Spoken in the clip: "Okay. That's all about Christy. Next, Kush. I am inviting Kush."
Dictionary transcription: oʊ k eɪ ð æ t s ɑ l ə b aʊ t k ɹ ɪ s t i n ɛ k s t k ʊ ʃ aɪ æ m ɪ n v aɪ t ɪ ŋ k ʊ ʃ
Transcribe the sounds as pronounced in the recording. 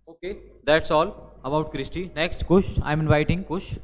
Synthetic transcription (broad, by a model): oʊ k eɪ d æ t s ɑ l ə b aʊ t k ɹ ɪ s t i n ɛ k s t k ʊ ʃ aɪ m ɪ n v aɪ t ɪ ŋ k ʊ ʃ